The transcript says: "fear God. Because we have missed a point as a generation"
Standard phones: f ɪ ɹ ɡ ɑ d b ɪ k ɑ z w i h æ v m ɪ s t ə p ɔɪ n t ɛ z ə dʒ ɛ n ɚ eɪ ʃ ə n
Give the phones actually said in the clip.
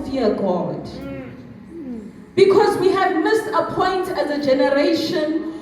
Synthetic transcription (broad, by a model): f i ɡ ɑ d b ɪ k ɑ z w i h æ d m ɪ s ə p ɔɪ n t ɛ z ə dʒ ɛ n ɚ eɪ ʃ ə n